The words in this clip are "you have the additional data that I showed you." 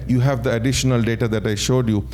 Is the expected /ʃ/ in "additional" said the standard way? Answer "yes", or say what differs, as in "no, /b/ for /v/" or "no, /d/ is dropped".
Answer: yes